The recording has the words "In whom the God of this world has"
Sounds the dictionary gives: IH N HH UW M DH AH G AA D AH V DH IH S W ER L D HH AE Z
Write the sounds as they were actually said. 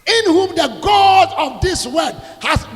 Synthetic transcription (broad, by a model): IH N HH UW M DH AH G AA D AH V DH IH S W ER D HH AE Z